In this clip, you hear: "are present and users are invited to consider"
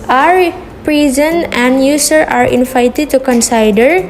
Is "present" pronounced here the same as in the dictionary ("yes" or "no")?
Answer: no